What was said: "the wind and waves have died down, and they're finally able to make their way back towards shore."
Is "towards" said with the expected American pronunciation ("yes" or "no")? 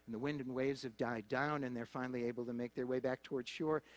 yes